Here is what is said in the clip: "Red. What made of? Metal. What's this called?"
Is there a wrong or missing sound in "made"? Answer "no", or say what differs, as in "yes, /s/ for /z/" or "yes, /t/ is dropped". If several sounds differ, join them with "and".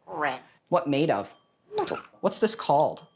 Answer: yes, /d/ is dropped